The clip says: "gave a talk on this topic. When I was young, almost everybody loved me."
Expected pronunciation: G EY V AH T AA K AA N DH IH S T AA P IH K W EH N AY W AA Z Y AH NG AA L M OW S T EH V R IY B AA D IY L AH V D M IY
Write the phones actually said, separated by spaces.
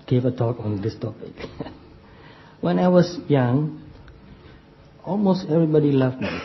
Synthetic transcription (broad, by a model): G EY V AH T AA K AA N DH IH S T AA P IH K W EH N AY W AA S Y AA NG AA L M OW S T EH V R IY B AA D IY L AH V M IY